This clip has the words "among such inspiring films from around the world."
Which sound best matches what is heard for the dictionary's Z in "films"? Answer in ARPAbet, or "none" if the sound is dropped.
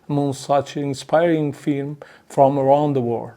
none